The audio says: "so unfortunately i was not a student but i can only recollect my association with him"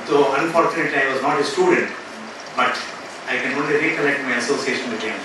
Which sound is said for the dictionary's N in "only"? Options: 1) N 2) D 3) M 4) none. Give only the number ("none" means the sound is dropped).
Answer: 1